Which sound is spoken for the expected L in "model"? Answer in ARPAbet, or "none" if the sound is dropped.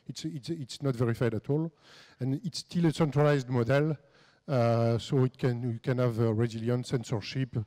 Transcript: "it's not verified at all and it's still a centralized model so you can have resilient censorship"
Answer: L